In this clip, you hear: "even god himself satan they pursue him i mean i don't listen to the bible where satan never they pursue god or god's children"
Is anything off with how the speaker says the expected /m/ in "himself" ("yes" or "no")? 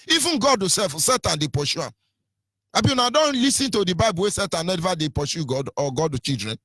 yes